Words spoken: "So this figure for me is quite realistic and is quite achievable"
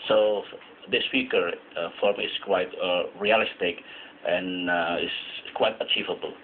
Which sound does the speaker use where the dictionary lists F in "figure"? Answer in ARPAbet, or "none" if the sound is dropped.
P